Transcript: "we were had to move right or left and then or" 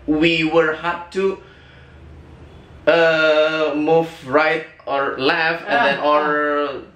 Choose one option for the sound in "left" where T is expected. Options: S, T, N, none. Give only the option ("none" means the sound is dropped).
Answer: none